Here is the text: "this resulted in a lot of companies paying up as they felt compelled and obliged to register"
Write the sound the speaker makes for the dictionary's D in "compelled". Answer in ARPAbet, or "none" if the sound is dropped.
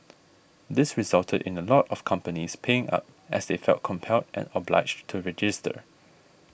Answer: D